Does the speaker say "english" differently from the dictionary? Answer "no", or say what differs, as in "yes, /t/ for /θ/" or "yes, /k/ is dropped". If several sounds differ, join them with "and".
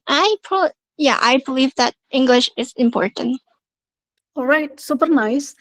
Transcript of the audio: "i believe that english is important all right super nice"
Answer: no